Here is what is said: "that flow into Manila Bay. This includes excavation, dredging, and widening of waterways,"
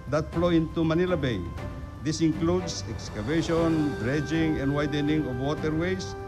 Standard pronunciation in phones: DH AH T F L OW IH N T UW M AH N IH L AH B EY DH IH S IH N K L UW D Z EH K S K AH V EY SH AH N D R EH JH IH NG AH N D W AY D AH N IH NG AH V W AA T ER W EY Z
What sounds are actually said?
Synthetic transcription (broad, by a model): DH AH T F L OW IH N T UW M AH N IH L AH B EY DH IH S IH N K L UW D S EH K S K AH V EY SH AH N D R EH JH IH NG AH N D W AY D AH N IH NG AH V W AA T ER W EY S